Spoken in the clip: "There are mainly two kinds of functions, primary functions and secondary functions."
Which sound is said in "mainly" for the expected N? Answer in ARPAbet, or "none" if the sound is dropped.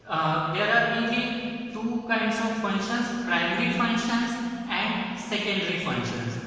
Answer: none